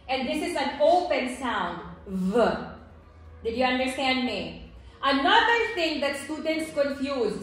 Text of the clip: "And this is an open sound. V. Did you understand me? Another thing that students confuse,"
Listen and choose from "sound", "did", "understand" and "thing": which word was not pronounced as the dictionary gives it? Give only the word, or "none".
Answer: thing